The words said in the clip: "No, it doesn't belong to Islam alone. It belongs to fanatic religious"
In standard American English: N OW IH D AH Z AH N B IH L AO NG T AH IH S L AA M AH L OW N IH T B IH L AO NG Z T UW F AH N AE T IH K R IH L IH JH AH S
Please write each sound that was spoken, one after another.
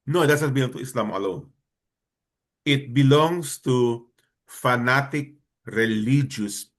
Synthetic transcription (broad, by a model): N OW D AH S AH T B IH L AO NG T AH IH S L AA M AH L OW N IH T B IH L AO NG S T UW F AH N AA T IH K R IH L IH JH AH S